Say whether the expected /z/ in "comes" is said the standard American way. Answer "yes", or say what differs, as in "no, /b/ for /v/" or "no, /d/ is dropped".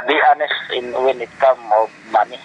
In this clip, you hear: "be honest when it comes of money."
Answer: no, /z/ is dropped